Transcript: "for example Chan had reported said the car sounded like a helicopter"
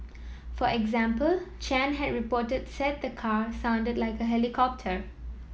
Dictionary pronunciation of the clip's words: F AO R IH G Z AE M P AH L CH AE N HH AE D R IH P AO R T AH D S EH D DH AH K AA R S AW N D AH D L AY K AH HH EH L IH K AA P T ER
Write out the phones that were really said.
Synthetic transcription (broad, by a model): F AO R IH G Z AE M P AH L CH AE N HH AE D R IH P AO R T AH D S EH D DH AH K AA R S AW N D AH D L AY K AH HH EH L IH K AA P T ER